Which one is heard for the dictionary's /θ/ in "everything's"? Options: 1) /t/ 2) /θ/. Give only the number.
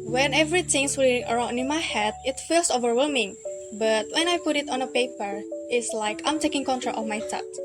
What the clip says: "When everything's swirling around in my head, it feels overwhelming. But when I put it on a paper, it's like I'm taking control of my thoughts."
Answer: 1